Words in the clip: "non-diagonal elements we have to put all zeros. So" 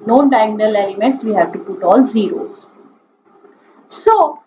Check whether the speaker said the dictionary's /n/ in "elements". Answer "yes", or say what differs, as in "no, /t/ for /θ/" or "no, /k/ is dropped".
no, /n/ is dropped